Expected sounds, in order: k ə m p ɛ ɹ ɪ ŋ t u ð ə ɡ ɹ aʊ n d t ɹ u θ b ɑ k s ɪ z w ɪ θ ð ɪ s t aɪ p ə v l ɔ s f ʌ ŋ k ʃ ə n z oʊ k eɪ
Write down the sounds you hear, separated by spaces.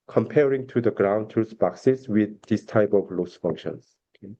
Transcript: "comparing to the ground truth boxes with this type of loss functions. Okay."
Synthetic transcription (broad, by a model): k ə m p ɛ ɹ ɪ ŋ t u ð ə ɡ ɹ aʊ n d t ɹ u s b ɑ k s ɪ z w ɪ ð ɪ s t aɪ p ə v l ɔ s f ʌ ŋ k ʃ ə n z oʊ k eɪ